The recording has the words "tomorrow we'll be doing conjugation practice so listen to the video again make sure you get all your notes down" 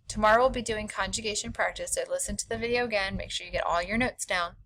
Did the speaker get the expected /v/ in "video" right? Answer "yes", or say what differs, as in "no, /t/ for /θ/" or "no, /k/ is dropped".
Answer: yes